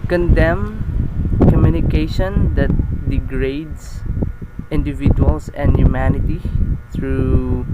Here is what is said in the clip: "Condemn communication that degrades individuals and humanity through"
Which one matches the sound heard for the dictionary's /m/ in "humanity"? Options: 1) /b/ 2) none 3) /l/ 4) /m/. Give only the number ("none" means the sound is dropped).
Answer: 4